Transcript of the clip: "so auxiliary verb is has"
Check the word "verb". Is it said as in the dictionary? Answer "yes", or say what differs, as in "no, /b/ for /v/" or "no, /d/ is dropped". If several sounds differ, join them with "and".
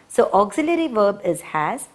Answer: yes